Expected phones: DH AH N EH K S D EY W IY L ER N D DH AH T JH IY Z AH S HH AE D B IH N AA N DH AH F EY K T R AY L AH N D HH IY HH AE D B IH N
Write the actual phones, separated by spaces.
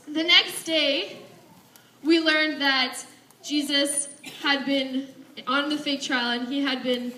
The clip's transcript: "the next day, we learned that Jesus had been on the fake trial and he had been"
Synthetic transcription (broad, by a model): DH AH N EH K S D EY W IY L ER N DH AH T JH IY Z AH S HH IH D B IH N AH N DH AH F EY T R AY L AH N IY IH D B IH N